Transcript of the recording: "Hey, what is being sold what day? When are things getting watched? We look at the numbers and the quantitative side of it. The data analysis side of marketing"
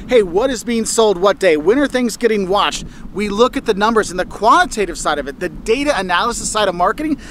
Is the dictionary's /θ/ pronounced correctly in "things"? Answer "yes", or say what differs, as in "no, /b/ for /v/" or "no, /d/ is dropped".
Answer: yes